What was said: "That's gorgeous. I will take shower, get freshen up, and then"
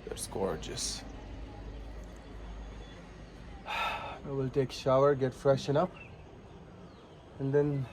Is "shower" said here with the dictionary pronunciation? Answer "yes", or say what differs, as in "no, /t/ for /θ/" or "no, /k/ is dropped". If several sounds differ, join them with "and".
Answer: yes